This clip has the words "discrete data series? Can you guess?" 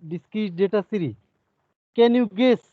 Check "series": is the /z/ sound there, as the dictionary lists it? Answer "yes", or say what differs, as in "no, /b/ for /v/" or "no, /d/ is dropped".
no, /z/ is dropped